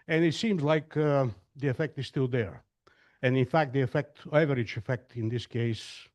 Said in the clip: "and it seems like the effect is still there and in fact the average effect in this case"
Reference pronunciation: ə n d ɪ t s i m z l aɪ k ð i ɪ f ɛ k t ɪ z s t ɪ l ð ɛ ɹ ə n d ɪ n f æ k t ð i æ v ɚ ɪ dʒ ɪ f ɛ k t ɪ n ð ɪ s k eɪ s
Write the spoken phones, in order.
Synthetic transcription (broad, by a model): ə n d ɪ t s i m z l aɪ k ð i ɪ f ɛ k t ɪ z s t ɪ l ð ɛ ɹ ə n ɪ n f æ k t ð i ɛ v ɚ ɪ tʃ ɪ f ɛ k t ɪ n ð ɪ s k eɪ s